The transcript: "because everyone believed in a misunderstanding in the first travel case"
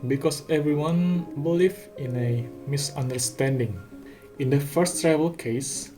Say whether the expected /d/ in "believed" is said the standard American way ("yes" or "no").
no